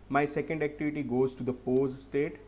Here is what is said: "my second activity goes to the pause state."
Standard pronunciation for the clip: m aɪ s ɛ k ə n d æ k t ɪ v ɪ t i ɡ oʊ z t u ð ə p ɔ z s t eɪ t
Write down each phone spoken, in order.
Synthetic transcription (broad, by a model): m aɪ s ɛ k ə n d æ k t ɪ v ɪ t i ɡ oʊ z t u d ə p ɔ z s t eɪ t